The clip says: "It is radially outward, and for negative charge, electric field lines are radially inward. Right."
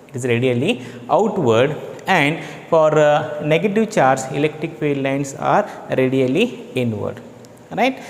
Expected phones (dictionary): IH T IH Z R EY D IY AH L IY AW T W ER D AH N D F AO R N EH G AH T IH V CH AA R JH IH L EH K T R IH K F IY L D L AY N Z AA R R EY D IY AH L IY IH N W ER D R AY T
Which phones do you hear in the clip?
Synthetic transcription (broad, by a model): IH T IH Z R EY D IY AH L IY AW T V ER D AH N D F AO R N EH G AH T IH V CH AA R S IH L EH K T R IH K P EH D L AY N S AA R R EY D IY AH L IY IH N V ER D R AY T